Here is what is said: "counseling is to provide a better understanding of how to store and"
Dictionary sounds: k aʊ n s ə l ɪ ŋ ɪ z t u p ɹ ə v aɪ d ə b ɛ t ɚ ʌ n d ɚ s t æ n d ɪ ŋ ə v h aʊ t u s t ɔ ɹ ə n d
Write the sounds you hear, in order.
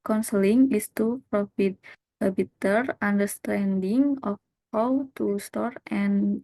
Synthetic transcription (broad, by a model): k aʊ n s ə l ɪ ŋ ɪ s t u p ɹ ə f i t ə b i t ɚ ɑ n d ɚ s t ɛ n d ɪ ŋ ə f h aʊ t u s t ɔ ɹ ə n